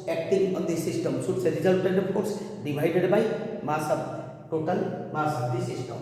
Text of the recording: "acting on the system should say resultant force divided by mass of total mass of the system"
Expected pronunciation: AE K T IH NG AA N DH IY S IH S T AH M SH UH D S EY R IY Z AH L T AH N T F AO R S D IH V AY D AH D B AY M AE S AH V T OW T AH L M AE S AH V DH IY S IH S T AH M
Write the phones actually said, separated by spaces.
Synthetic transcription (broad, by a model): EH K T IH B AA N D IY S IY S T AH M S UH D S EY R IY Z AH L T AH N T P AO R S D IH B AY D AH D B AY M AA S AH B T OW T AH L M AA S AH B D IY S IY S T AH M